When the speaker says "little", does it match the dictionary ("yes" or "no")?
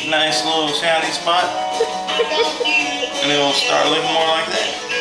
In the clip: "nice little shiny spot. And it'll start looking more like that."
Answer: no